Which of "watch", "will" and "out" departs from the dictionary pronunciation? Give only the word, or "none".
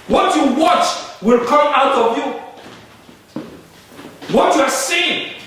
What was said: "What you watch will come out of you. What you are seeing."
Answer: none